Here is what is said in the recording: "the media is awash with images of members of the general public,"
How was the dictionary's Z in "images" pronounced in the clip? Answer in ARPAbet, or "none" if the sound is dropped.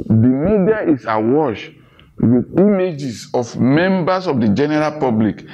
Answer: S